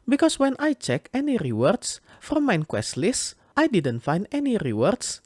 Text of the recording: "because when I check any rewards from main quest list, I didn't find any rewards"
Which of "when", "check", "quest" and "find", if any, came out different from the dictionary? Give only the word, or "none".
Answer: none